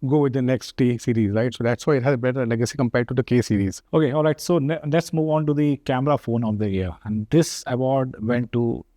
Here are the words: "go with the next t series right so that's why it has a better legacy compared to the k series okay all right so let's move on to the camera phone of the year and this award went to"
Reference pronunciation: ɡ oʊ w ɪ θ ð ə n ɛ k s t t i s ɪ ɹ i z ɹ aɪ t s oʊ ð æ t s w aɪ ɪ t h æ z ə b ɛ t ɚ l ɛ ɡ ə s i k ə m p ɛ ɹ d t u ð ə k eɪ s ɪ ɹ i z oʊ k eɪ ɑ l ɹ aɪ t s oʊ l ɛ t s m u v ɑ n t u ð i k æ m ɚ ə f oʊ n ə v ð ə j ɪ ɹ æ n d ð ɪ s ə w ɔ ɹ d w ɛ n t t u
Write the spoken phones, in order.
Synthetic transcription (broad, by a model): ɡ oʊ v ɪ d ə n ɛ k s t t i s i ɹ i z ɹ aɪ t s oʊ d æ t s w aɪ ɪ t h æ z ə b ɛ t ɚ l ɛ ɡ ə s i k ə m p ɛ ɹ d t u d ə k eɪ s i ɹ i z oʊ k eɪ ɑ l ɹ aɪ t s oʊ l ɛ t s m u v ɑ n t u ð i k æ m ɚ ə f oʊ n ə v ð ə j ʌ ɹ æ n d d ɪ s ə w ɔ ɹ d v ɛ n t t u